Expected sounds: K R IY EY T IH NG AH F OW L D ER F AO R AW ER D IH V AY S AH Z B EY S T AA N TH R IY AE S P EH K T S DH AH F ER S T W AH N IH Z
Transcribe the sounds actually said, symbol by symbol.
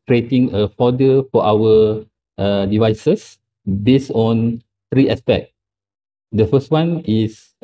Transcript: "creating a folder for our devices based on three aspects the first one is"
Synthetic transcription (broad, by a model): K R IY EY T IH NG AH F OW D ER F AO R AW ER D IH V AY S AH S B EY S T AA N T R IY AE S P EH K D AH F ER S T W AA N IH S